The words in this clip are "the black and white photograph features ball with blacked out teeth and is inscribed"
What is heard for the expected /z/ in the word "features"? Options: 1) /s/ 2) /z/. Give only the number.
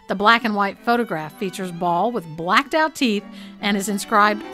2